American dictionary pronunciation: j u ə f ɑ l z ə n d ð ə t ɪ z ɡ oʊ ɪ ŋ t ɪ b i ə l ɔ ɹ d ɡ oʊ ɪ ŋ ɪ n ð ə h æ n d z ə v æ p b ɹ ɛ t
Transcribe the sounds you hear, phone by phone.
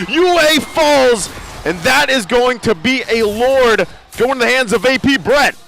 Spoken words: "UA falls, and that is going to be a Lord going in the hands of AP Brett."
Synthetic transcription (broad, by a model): j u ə f ɑ l z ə n ð ə t ɪ z ɡ oʊ ɪ ŋ t ɪ b i ə l ɔ ɹ d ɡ oʊ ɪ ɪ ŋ ð ə h æ n d z ə v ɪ p b ɹ ɛ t